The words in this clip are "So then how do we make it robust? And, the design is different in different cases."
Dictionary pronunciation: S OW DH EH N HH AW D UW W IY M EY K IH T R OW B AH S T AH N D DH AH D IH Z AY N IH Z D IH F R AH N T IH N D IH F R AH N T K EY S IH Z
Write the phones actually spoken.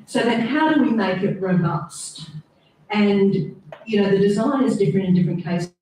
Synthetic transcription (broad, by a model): S OW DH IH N HH AW D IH W IY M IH K IH T R OW B AH S T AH N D DH AH D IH Z AY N IH Z D IH F R AH N T IH N D IH F R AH N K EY IH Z